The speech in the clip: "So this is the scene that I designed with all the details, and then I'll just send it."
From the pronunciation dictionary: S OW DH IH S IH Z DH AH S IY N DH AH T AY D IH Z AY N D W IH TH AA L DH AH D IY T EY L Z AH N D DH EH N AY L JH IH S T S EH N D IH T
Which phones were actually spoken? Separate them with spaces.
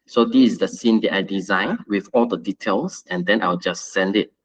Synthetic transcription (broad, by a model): S OW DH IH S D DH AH S IY N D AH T AY D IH Z AY N W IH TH AA L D AH D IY T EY L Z AH N D EH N AY W JH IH S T S EH N D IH T